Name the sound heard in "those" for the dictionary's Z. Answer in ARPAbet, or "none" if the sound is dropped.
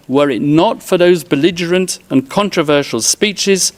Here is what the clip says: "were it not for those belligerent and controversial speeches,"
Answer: Z